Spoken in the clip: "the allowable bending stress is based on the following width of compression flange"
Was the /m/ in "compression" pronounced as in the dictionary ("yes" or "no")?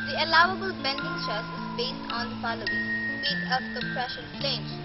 no